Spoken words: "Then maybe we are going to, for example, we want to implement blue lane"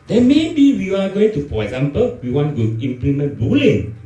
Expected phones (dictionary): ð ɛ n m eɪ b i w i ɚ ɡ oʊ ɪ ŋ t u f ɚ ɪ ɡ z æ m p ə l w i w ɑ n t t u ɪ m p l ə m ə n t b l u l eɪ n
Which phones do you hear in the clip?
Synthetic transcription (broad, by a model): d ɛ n m eɪ b i w i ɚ ɡ oʊ ɪ ŋ t u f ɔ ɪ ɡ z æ m p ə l w i w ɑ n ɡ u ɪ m p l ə m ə n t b u l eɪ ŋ